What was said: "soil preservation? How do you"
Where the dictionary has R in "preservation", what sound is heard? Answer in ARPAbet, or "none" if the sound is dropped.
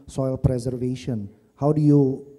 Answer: R